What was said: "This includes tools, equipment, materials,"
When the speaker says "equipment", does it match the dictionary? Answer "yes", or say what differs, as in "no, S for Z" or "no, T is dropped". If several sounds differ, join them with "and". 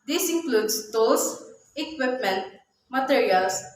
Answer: yes